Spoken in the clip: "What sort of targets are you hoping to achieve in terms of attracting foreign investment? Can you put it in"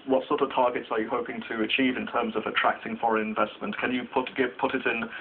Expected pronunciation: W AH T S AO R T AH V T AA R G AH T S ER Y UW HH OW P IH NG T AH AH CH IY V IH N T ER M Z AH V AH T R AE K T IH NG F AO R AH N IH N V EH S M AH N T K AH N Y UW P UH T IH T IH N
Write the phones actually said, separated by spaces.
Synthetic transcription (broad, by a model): W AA T S AO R T AH V T AA G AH T S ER Y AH HH OW P IH NG T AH AH CH IY V IH N T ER M Z AH V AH T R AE K T IH NG F AO R AH N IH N V EH S M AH N T K AH N Y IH P UH T IH T IH N